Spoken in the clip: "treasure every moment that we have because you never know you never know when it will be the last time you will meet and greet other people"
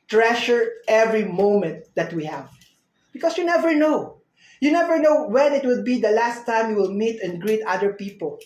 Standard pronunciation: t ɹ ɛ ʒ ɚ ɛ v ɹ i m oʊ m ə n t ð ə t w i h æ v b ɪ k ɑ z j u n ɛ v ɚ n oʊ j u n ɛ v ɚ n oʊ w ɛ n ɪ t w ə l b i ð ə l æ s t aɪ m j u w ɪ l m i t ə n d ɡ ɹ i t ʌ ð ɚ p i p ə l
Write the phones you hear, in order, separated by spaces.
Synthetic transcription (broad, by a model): t ɹ ɛ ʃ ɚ ɛ v ɹ i m oʊ m ə n t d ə t w i h æ v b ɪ k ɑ s j u n ɛ v ɚ n oʊ j u n ɛ v ɚ n oʊ w ɛ n ɪ t w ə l b i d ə l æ s t aɪ m j u w ɪ l m i t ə n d ɡ ɹ i t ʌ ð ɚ p i p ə l